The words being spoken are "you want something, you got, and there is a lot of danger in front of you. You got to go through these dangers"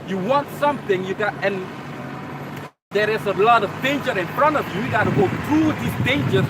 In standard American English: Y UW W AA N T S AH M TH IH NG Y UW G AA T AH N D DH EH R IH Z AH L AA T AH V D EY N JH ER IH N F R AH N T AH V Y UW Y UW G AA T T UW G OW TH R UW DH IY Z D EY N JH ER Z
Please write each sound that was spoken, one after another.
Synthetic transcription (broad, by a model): Y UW W AA N T S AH M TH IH NG Y UW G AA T AH N D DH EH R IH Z AH L AA T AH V D EY N JH ER IH N F R AH N T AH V Y UW Y UW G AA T T UW G OW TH R UW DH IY S D EY N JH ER